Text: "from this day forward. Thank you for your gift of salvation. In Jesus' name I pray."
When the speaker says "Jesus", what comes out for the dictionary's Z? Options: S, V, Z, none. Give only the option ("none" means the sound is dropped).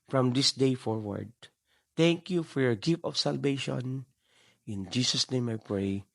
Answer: S